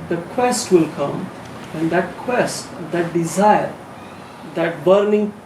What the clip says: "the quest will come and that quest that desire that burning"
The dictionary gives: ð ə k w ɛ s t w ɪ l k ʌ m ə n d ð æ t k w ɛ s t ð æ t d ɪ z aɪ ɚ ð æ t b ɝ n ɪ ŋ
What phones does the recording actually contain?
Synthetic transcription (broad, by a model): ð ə k w ɛ s t w ɪ l k ʌ m ə n d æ t k w ɛ s t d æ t d ɪ z aɪ ɚ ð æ t b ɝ n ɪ ŋ